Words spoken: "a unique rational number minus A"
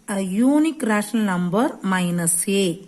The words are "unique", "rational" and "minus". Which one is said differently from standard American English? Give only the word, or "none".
rational